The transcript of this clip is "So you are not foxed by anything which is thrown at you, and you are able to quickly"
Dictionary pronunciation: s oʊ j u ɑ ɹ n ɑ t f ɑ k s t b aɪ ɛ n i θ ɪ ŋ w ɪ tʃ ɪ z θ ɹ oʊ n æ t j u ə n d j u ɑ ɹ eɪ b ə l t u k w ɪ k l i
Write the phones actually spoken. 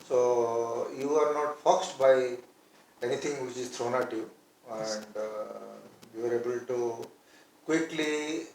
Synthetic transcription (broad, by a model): s oʊ j u ɑ ɹ n ɑ t f ɑ k s t b aɪ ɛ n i t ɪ ŋ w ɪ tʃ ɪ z t ɹ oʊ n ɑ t j u ə n d j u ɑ ɹ eɪ b ə l t u k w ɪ k l i